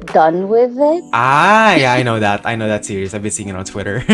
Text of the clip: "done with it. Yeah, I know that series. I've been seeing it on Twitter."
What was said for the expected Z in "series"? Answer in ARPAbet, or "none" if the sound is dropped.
S